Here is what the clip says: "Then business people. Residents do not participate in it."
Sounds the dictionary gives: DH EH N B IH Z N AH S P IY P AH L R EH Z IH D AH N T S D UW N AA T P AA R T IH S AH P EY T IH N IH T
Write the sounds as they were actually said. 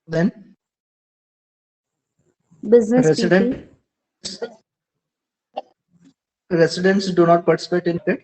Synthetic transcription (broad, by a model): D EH N B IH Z N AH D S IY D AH N R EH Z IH D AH N T S D UW N AA T P AA R T IH S AH P EY T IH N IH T